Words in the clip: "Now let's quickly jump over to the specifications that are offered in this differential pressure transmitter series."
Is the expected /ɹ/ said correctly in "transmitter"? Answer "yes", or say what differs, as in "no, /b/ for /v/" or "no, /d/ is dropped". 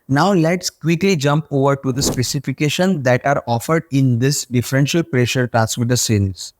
no, /ɹ/ is dropped